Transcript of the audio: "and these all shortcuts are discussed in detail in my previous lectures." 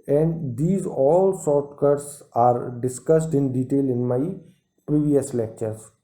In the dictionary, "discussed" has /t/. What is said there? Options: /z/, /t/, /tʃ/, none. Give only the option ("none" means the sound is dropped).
/t/